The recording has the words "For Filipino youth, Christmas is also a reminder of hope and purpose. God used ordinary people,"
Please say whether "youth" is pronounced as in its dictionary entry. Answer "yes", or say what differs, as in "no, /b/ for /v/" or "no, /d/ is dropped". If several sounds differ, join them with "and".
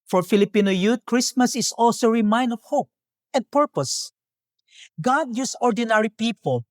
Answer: no, /t/ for /θ/